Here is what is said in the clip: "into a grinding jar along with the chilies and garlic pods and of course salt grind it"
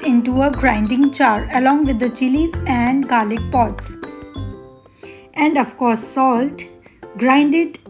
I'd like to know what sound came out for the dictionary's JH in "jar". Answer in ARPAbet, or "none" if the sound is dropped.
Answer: CH